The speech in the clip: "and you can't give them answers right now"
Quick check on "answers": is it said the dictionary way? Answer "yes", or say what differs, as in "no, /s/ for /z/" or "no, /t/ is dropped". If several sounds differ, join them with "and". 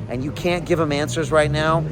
yes